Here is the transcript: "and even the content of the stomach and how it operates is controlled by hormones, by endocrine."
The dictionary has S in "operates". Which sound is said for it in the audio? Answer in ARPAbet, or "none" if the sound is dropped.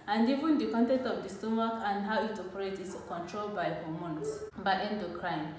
none